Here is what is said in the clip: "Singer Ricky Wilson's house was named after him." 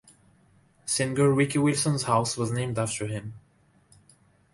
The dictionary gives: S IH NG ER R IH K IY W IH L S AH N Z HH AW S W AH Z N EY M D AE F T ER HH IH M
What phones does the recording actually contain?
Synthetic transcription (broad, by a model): S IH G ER W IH K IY W IH L S AH N Z HH AW S W AH Z N EY M D AE F T ER HH IH M